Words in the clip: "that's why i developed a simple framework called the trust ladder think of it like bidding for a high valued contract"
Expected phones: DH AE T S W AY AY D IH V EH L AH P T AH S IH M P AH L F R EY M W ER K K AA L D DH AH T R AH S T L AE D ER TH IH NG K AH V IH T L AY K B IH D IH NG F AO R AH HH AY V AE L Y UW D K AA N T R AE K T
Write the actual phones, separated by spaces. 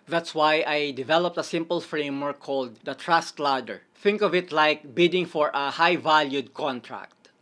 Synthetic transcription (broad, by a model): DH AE T S W AY AY D IH V EH L AH P T AH S IH M P AH L F R EY M W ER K K AA L D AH T R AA S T L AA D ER TH IH NG K AH V IH T L AY K B IH D IH NG F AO R AH HH AY V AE L Y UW D K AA N T R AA K T